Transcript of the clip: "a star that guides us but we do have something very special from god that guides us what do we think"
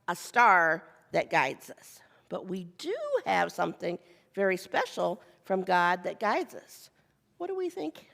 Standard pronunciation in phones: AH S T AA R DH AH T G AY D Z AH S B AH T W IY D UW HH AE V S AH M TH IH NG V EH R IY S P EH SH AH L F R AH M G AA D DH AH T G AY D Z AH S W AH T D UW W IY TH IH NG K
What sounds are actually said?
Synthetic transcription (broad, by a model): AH S T AA R DH AH T G AY D Z AH S B AH T W IY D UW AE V S AH M TH IH NG V EH R IY S P EH SH L F R AH M G AA D DH AH T G AY D Z AH S W AH T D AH W IY TH IH NG K